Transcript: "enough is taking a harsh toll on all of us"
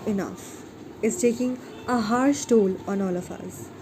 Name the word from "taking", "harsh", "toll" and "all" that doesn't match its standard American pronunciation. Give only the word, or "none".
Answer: harsh